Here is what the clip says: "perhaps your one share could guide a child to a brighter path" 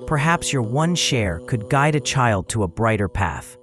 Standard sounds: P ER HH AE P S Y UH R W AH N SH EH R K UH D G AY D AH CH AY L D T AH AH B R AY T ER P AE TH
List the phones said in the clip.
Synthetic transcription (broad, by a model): P ER HH AE P S Y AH R W AH N SH EH R K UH D G AY D AH CH AY L D T AH AH B R AY T ER P AE TH